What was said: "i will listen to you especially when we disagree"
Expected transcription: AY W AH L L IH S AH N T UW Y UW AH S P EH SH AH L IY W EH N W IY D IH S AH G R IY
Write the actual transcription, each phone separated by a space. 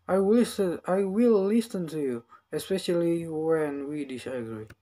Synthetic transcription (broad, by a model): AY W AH W L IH S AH N T UW Y UW AH S P EH SH AH L IY W EH N W IY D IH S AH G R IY